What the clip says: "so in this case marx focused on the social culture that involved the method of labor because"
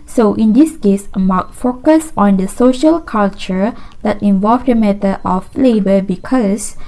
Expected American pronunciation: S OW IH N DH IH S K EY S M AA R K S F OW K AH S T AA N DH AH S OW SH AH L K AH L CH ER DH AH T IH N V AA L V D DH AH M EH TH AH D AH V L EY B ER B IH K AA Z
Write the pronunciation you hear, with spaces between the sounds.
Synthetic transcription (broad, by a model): S OW IH N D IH S K EY S M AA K F OW K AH S AA N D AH S OW SH AH L K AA L CH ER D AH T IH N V AA L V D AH M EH T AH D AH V L EY B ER B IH K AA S